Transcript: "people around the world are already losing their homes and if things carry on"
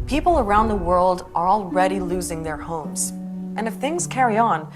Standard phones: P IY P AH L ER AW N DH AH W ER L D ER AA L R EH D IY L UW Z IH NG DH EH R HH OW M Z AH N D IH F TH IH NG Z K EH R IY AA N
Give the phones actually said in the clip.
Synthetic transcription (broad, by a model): P IY P L ER AW N DH AH W ER L D ER AA L R EH D IY L UW Z IH NG DH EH R HH OW M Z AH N IH F TH IH NG Z K EH R IY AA N